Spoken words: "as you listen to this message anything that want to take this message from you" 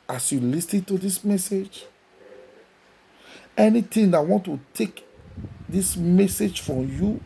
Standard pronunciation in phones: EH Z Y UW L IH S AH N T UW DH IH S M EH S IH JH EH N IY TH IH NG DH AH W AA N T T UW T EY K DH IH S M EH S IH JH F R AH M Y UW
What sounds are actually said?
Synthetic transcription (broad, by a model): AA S Y UW L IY S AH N T UW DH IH S M EH S IH JH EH N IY T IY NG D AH W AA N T T UW T EY K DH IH S M EH S IH JH F R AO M Y UW